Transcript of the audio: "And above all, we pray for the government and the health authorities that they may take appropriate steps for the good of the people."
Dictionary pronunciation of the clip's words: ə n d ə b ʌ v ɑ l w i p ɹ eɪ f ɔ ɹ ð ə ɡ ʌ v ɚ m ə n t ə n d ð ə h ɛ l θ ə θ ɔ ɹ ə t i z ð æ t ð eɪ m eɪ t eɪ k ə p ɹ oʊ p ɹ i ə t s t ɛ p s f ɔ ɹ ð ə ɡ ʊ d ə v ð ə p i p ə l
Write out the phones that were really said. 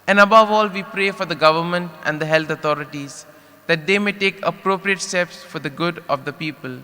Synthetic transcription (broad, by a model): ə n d ə b ʌ v ɑ l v i p ɹ eɪ f ɔ ɹ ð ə ɡ ʌ v ɚ m ə n t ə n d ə h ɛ l t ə t ɔ ɹ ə t i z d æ t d eɪ m eɪ t eɪ k ə p ɹ oʊ p ɹ i ə t s t ɛ p s f ɔ ɹ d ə ɡ ʊ d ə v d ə p i p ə l